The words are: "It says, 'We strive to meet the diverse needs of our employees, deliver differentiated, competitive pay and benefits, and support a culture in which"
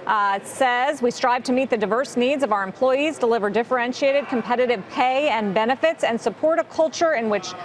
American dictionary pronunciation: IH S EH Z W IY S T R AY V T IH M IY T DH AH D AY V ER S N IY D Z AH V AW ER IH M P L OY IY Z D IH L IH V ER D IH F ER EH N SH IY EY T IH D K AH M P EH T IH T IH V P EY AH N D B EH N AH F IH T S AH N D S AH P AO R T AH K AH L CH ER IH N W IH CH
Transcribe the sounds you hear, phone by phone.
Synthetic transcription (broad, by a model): S EH Z W IY S T R AY V T IH M IY T DH AH D AY V ER S N IY D Z AH V AW ER IH M P L OY IY Z D IH L IH V ER D IH F ER EH N SH IY EY T IH D K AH M P EH T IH T IH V P EY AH N B EH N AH F IH T S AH N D S AH P AO R T AH K AH L CH ER IH N W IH CH